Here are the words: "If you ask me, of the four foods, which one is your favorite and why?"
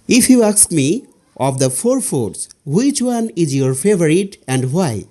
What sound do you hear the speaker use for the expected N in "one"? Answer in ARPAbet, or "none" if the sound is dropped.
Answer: N